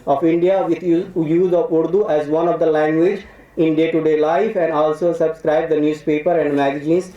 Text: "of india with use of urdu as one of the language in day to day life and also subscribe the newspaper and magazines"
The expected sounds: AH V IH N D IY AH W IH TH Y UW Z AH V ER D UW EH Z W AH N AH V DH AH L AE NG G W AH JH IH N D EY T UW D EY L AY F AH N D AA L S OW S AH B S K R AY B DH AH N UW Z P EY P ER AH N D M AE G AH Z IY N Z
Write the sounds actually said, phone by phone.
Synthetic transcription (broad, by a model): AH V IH N D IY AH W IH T Y UW Z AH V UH D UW EH Z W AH N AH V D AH L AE NG G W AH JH IH N D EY T UW D EY L AY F AH N D AA L S OW S AH B S K R AY B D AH N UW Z P EY P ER AH N D M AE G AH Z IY N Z